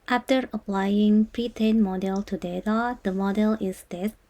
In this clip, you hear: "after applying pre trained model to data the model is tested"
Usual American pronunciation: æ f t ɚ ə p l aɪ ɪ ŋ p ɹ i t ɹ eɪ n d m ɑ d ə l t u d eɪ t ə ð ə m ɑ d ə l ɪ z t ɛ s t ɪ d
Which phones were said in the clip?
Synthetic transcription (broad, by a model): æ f t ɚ ə p l aɪ ɪ ŋ p ɹ i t eɪ n m ɑ d ə l t u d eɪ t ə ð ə m ɑ d ə l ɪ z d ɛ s